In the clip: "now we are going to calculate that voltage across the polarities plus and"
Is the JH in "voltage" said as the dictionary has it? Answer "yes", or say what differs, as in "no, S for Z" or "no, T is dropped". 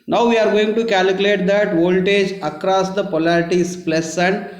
yes